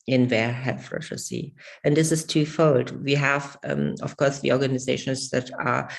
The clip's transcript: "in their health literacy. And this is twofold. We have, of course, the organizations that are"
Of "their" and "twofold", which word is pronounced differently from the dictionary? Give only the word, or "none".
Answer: none